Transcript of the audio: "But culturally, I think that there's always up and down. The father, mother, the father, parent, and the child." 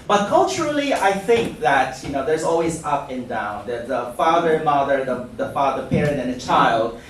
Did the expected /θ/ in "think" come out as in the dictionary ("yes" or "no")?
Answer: yes